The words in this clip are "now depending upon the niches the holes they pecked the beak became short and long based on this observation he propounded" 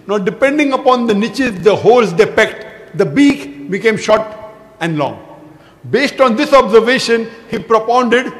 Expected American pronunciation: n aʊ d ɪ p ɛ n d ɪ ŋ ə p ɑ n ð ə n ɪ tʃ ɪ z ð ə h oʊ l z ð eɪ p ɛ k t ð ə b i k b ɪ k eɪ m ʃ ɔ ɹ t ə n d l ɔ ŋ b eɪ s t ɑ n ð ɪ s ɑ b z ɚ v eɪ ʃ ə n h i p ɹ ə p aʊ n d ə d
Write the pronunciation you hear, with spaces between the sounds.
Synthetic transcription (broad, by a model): n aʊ d ɪ p ɛ n d ɪ ŋ ə p ɑ n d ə n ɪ tʃ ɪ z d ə h oʊ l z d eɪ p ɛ k t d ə b i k b ɪ k eɪ m ʃ ɔ ɹ t ə n d l ɔ ŋ b eɪ s t ɑ n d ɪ s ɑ b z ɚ v eɪ ʃ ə n h i p ɹ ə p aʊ n d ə d